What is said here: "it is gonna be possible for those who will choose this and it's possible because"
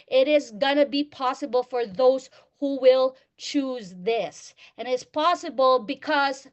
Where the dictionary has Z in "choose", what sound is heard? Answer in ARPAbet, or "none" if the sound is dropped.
Z